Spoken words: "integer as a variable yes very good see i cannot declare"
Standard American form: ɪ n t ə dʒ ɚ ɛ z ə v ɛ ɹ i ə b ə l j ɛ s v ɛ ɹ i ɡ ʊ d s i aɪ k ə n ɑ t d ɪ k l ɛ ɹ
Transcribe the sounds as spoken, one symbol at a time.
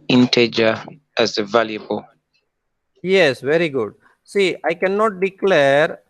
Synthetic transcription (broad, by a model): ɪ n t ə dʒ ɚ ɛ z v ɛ l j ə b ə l j ɛ s v ɛ ɹ i ɡ ʊ d s i aɪ k ə n ɑ t d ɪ k l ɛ ɹ